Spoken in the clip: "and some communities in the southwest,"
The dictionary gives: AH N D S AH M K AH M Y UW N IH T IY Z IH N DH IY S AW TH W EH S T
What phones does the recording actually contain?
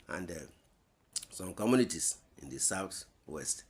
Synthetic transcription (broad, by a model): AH N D S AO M K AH M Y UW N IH T IY S IH N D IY S AW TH W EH S T